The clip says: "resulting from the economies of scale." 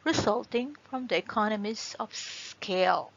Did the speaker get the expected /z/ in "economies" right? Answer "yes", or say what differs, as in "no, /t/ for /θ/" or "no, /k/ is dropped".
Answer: no, /s/ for /z/